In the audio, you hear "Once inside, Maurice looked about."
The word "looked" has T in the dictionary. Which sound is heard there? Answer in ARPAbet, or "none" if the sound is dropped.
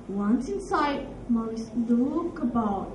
none